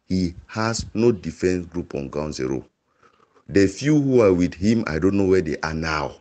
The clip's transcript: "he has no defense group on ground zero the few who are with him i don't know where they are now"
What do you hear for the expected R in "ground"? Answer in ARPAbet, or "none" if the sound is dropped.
none